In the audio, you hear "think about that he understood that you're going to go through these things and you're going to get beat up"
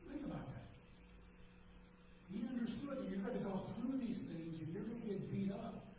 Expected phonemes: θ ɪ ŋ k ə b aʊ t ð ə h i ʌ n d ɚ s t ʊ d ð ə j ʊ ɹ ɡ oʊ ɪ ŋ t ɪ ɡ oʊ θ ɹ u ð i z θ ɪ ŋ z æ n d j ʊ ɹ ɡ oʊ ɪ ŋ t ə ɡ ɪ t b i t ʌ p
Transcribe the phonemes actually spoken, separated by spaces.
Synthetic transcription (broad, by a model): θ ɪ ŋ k ə b aʊ t ð ə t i ʌ n d ɚ s t ʊ d ð ə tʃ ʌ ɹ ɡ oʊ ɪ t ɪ ɡ oʊ θ ɹ u ð i z θ ɪ ŋ z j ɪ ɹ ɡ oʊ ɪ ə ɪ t b i t ʌ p